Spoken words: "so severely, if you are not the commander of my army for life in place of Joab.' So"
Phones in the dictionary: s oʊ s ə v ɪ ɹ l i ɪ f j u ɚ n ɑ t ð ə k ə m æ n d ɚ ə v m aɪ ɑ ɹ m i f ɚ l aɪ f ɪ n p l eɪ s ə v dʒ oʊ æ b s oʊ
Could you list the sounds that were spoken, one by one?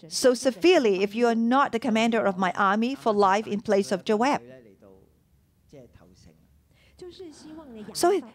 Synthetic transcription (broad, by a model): s oʊ s ə v ɪ ɹ l i ɪ f j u ɚ n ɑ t ð ə k ə m æ n d ɚ ə v m aɪ ɑ ɹ m i f ɚ l aɪ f ɪ n p l eɪ s ə v dʒ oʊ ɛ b s oʊ